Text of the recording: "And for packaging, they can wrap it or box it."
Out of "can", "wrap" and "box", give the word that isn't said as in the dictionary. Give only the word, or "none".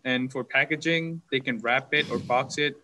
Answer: none